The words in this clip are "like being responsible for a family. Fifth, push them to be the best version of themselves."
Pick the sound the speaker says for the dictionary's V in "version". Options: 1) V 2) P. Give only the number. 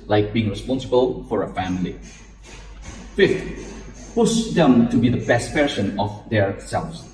2